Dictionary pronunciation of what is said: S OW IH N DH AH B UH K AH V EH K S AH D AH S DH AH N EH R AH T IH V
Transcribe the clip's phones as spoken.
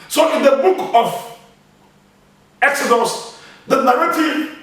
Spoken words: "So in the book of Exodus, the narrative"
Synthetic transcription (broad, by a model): S OW IH N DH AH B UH K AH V EH K S AH D AH S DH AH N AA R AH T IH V